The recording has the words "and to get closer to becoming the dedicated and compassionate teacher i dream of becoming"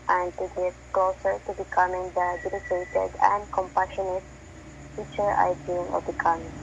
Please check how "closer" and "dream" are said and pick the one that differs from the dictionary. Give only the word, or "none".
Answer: dream